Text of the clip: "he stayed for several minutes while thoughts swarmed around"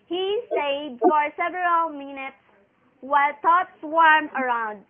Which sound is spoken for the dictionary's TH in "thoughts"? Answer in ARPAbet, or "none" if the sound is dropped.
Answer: T